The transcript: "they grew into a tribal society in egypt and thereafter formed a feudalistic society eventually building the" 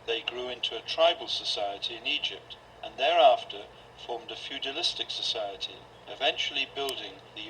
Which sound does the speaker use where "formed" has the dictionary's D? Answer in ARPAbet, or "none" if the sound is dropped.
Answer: D